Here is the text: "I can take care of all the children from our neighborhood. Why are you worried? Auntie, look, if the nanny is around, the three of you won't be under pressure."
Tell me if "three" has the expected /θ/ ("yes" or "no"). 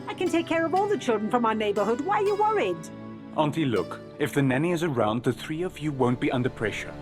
yes